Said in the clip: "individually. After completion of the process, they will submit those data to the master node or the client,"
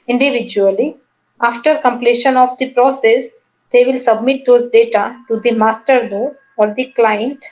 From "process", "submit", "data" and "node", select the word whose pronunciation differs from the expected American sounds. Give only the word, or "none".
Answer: node